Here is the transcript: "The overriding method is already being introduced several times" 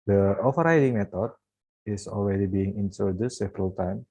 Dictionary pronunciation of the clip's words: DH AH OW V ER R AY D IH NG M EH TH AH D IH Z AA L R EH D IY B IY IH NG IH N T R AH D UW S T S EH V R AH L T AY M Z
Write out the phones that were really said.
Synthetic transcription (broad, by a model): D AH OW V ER R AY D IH NG M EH T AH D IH S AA L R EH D IY B IY IH NG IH N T AH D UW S S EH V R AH L T AY M